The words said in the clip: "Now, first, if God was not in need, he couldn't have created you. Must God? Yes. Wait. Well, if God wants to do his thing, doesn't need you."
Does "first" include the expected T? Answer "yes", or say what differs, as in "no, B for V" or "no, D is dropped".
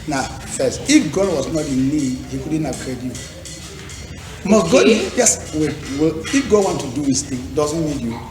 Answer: no, T is dropped